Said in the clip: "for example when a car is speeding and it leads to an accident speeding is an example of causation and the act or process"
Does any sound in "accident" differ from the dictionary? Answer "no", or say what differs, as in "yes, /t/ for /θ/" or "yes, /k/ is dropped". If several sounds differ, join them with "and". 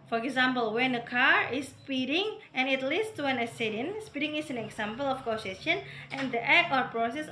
yes, /k/ is dropped